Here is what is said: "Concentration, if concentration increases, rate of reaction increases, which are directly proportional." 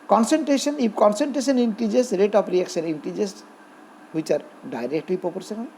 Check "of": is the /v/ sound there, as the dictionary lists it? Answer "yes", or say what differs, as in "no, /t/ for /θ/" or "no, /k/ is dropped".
no, /p/ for /v/